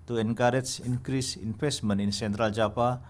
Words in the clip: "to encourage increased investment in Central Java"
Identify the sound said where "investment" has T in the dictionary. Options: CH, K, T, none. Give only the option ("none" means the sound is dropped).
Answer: none